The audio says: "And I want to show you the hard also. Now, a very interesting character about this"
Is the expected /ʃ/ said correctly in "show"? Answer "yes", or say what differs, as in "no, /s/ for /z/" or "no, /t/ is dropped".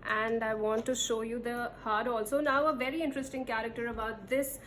yes